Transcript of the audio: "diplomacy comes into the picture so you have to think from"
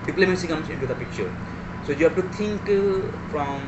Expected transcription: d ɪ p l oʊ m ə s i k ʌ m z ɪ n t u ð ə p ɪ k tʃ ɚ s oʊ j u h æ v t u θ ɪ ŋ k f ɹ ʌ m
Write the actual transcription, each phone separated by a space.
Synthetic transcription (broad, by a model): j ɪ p l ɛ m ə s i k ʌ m s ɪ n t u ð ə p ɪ k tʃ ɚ s oʊ j u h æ f t u t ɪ ŋ k f ɹ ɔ m